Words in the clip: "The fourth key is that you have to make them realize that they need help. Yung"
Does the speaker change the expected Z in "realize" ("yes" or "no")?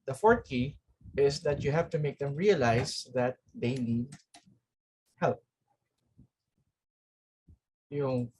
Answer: yes